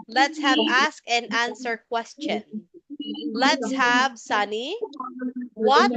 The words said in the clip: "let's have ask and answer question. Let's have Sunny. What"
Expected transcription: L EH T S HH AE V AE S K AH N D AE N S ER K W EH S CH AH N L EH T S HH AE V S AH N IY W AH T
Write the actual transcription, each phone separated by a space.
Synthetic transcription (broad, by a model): L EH T S HH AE V AE S K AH N AE N S ER K W EH S CH AH N L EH T S HH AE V S AH N IY W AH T